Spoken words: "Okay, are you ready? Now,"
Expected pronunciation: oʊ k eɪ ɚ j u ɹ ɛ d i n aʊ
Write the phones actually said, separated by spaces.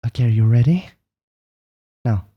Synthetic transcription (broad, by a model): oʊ k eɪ ɚ j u ɹ ɛ d i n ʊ